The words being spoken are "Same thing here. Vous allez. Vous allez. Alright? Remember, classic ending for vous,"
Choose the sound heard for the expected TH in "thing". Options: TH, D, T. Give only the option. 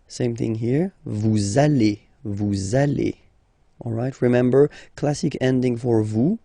TH